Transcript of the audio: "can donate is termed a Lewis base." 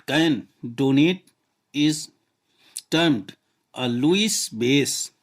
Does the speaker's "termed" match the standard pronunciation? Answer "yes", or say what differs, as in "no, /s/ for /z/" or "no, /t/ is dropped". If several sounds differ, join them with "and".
yes